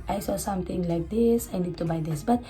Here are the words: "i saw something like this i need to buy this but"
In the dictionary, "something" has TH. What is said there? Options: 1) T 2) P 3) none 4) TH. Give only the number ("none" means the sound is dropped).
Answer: 1